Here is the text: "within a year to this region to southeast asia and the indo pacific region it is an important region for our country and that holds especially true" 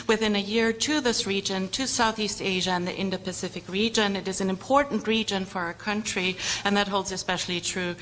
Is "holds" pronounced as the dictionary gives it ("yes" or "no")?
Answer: yes